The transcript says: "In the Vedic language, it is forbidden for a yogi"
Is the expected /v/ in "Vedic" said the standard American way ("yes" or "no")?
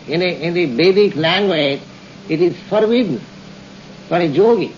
no